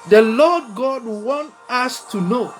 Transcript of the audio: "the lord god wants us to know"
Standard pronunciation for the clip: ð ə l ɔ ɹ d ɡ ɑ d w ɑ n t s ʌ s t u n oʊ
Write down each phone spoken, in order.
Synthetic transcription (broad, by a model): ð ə l ɔ d ɡ ɑ d w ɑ n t ʌ s t u n oʊ